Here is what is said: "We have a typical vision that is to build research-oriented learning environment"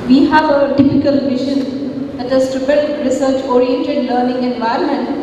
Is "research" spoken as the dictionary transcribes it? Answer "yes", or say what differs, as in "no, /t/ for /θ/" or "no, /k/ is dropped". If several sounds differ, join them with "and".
yes